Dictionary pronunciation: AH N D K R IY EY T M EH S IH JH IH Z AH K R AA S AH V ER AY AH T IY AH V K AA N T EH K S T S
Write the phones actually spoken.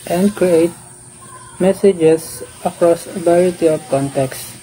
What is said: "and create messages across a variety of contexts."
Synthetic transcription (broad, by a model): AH N D K R IY EY T M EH S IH JH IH S AH K R AA S AH B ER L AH T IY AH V K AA N T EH K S S